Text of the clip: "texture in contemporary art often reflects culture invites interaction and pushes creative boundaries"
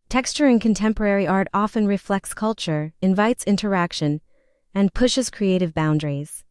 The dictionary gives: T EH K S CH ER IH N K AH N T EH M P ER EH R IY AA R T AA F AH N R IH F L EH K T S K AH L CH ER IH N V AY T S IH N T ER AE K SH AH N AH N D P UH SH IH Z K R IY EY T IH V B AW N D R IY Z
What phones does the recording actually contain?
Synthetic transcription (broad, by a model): T EH K S CH ER IH N K AH N T EH M P ER EH R IY AA R T AA F AH N R IH F L EH K T S K AH L CH ER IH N V AY T S IH N T ER AE K SH AH N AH N P UH SH IH Z K R IY EY T IH V B AW N D R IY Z